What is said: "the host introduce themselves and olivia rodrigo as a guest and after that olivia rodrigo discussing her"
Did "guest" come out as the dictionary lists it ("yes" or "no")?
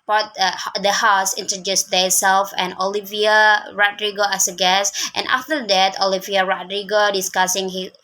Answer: yes